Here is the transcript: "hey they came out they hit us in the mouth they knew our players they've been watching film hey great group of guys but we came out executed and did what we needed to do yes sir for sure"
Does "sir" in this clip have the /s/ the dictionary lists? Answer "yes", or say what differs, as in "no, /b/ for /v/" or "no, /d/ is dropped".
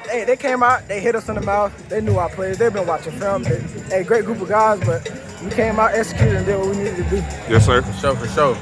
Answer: no, /ʃ/ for /s/